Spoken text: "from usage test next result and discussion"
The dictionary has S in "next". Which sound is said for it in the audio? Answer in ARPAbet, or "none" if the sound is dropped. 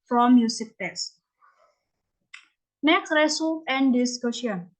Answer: none